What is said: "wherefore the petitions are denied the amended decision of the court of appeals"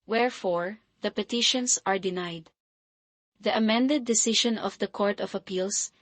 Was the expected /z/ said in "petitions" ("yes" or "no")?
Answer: no